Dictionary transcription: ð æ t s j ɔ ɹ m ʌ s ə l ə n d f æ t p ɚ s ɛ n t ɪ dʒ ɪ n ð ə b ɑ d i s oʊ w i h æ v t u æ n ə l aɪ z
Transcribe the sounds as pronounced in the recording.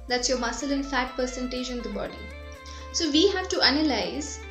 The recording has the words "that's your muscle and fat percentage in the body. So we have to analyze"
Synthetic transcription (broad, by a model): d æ t s j ɔ ɹ m ʌ s ə l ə n f æ t p ɚ s ɛ n t ɪ dʒ ɪ n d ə b ɑ d i s oʊ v i h æ v t u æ n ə l aɪ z